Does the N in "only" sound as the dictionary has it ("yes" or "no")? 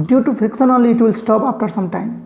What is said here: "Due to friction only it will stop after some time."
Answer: no